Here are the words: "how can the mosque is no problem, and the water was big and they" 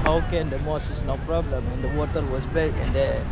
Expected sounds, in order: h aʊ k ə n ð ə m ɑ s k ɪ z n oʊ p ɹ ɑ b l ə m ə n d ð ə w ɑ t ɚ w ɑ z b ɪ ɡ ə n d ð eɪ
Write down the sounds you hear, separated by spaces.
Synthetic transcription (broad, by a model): h aʊ k ə n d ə m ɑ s ɪ s n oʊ p ɹ ɑ b l ə m ə n d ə w ɑ t ɚ w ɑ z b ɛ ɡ ə n d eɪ